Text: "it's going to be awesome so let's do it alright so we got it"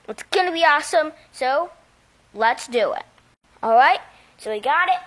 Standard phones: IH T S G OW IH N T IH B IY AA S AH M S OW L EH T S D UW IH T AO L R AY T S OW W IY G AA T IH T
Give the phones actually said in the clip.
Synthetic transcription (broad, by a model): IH T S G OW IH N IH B IY AA S AH M S OW L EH T S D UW IH T AO L R AY T S OW W IY G AA T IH T